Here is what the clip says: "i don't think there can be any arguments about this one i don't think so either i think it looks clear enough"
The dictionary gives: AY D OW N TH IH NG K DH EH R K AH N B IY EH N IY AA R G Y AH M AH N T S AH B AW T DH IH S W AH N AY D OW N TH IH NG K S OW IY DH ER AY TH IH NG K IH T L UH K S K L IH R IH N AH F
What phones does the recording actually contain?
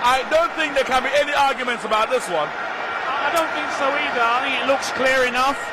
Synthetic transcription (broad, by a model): AY D OW N TH IH NG K DH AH R K AH N B IY EH N IY AA R G Y AH M AH N T S AH B AW T DH IH S W AH N AY D OW N TH IH NG K S OW IY DH ER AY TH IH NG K IH T L UH K S K L IH R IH N AH F